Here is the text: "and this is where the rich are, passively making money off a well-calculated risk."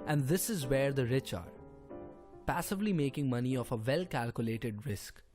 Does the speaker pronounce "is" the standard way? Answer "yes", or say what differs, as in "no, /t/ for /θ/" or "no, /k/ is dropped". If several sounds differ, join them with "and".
yes